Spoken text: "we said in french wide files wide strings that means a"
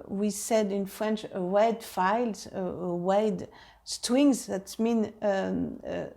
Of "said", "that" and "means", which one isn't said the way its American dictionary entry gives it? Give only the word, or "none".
means